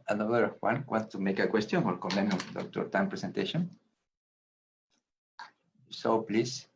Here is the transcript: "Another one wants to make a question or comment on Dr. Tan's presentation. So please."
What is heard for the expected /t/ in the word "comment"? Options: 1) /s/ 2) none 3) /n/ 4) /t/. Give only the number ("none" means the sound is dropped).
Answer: 2